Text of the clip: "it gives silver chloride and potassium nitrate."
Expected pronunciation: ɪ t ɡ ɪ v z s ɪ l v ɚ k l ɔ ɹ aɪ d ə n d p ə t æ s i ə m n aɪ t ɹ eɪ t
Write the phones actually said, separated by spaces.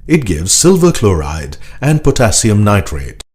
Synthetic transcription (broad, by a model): ɪ t ɡ ɪ v z s ɪ l v ɚ k l ɔ ɹ aɪ d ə n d p ə t æ s i ə m n aɪ t ɹ eɪ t